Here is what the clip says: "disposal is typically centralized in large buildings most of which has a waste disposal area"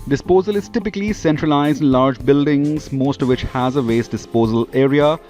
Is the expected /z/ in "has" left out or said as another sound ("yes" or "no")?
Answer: no